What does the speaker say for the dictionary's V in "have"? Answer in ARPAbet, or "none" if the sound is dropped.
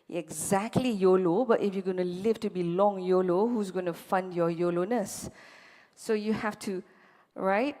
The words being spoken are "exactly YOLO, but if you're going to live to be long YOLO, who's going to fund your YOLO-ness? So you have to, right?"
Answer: F